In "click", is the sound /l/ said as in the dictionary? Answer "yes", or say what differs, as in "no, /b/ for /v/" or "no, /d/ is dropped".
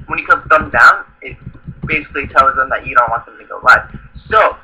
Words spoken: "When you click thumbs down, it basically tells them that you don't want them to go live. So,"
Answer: no, /l/ is dropped